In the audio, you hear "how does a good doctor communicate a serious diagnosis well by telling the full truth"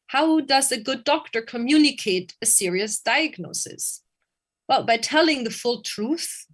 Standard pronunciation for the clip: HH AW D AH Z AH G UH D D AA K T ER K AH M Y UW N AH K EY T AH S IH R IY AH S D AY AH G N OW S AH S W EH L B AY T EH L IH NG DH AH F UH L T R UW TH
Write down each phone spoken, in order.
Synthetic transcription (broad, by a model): HH AW D AH Z AH G UH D D AA K T ER K AH M Y UW N AH K EY T AH S IH R IY AH S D AY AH G N OW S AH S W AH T B AY T EH L IH NG DH AH F UH L T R UW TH